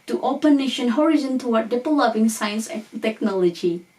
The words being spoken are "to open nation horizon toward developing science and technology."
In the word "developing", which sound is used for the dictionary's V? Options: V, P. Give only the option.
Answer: P